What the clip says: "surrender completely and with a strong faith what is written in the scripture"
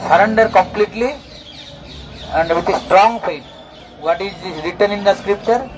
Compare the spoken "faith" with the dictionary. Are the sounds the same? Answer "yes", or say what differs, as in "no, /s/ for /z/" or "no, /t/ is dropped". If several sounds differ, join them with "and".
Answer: no, /p/ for /f/